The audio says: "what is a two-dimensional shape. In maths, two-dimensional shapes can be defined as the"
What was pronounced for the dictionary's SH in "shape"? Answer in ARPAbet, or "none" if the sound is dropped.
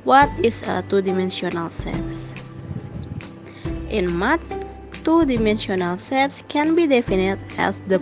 S